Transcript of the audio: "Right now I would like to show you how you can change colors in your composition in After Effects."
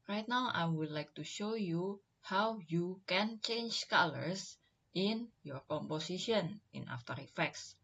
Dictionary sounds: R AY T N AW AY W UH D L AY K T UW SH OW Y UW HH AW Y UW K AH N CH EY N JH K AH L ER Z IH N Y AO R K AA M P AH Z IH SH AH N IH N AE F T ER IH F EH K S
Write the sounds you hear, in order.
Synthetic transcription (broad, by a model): R AY T N AW AY W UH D L AY K T UW SH OW Y UW HH AW Y UW K AH N CH EY N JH K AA L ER S IH N Y AO R K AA M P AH S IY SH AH N IH N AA F T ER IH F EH K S